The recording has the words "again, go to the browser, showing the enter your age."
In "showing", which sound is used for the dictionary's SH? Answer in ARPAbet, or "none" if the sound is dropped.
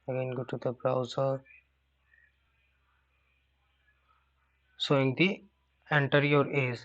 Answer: S